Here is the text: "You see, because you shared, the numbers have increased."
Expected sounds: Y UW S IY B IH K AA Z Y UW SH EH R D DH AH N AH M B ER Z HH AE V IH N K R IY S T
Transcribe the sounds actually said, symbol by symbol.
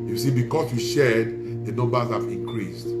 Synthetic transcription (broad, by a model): Y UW S IY B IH K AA S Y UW SH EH D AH N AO B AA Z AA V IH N K R IY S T